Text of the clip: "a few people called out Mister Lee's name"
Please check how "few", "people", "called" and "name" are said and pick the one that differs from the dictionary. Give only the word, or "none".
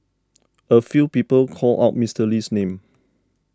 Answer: called